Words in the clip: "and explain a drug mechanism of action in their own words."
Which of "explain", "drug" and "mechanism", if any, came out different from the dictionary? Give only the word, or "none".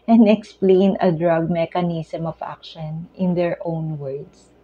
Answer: mechanism